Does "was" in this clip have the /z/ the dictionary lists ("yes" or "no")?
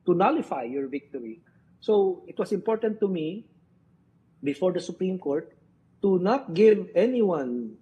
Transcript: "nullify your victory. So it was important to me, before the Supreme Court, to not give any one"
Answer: no